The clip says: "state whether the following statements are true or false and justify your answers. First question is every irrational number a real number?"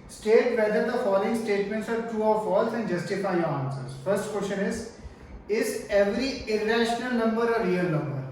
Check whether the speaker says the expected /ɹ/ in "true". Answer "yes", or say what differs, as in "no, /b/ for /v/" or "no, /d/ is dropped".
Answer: no, /ɹ/ is dropped